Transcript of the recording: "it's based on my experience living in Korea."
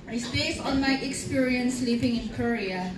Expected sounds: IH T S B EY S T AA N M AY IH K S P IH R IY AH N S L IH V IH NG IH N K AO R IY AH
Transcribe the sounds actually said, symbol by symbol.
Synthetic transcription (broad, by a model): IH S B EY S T AA N M AY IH K S P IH R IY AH N S L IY P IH NG IH N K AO R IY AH